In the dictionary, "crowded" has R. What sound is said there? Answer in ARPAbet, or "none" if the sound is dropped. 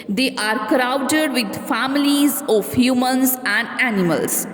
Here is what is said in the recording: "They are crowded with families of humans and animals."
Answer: R